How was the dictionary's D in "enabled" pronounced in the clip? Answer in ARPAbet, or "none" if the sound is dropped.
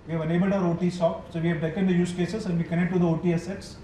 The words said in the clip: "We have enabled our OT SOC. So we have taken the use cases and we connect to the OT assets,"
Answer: D